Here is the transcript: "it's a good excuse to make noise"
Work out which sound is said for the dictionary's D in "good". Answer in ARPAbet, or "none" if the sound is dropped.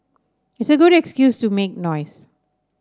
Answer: D